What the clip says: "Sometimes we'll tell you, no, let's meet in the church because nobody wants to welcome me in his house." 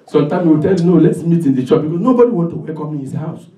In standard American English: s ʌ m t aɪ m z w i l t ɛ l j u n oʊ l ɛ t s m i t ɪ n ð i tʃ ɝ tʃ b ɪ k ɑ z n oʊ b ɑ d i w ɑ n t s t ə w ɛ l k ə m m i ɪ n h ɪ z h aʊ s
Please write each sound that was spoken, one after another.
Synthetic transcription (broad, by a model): s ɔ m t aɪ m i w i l t ɛ l j u n oʊ l ɛ t s m i t ɪ n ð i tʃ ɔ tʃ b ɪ k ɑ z n oʊ b ɑ d i w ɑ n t t ə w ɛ k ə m m i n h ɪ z h aʊ s